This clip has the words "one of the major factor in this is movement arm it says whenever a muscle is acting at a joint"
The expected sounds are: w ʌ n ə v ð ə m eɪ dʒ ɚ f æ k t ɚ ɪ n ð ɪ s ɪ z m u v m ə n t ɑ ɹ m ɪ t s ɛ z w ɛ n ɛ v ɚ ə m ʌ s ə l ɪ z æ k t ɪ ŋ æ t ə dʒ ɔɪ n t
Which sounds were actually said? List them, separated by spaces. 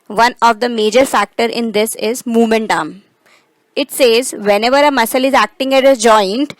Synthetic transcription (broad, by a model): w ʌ n ə v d ə m eɪ dʒ ɚ f æ k t ɚ ɪ n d ɪ s ɪ z m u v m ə n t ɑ m ɪ t s ɛ z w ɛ n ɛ v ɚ ə m ʌ s ə l ɪ z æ k t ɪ ŋ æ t ə dʒ ɔɪ n t